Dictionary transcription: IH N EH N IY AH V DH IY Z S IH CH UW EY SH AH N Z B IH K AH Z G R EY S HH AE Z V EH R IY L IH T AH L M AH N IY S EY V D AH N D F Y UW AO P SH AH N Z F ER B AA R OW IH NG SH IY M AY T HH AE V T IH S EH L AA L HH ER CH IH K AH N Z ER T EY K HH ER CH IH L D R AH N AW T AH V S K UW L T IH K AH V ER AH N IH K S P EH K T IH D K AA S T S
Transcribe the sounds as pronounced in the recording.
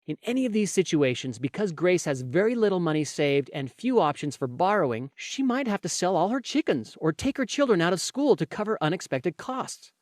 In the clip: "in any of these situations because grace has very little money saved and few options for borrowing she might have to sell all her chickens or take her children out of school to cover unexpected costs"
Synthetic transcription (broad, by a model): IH N EH N IY AH V DH IY Z S IH CH UW EY SH AH N Z B IH K AH Z G R EY S HH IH Z V EH R IY L IH T L M AH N IY S EY V D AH N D F Y UW AO P SH AH N Z F ER B AA R OW IH NG SH IY M AY T HH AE F T IH S EH L AA L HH ER CH IH K AH N Z ER T EY K HH ER CH IH L D R AH N AW T AH V S K UW L T IH K AH V ER AH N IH K S P EH K T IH D K AA S T S